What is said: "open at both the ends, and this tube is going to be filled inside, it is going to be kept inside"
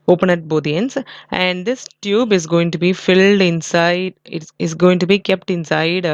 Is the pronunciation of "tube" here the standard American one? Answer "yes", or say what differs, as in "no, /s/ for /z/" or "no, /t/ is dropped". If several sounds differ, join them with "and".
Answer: yes